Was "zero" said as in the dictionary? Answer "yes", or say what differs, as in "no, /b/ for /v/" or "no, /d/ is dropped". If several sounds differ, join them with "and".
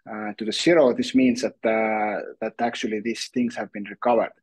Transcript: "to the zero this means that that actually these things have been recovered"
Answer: no, /s/ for /z/